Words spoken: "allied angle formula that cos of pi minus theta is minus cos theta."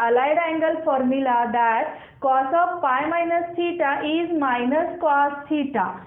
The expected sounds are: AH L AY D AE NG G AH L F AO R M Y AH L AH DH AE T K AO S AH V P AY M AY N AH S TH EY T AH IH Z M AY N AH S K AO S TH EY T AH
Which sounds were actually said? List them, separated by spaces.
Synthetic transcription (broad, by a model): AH L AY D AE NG G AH L F AO R M Y AH L AH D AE T K AO S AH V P AY M AY N AH S T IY T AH IH Z M AY N AH S K AO S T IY T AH